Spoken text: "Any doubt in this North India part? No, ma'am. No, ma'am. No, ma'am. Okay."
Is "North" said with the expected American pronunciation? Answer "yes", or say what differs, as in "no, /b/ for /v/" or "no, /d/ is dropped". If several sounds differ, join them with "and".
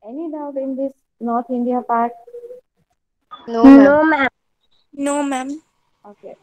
no, /t/ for /θ/